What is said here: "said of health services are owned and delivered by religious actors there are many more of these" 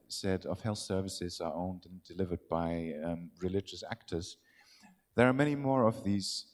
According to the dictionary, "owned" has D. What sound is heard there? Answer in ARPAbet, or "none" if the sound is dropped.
D